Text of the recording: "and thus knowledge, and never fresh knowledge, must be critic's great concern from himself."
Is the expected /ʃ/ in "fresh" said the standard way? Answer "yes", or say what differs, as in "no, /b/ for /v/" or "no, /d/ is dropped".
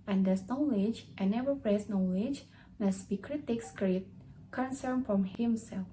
no, /s/ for /ʃ/